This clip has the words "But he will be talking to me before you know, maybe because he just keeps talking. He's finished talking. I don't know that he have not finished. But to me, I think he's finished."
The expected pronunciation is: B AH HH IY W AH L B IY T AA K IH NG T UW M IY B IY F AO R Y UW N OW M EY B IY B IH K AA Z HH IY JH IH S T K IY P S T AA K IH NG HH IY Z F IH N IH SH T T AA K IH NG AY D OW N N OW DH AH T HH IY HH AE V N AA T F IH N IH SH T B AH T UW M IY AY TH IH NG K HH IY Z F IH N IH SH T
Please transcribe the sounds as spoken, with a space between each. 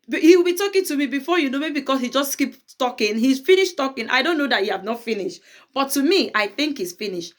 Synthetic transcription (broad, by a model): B HH IY W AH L B IY T AA K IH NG T UW M IY B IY F AO Y UW N OW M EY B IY K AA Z HH IY JH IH S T K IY P T AA K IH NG HH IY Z F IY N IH SH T T AA K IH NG AY D OW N N OW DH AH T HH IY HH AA V N AA T F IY N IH SH T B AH T UW M IY AY TH IH NG K HH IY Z F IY N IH SH T